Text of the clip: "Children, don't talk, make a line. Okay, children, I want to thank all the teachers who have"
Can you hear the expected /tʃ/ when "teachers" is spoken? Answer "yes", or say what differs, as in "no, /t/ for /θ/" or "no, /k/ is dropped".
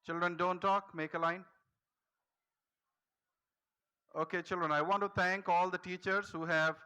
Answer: yes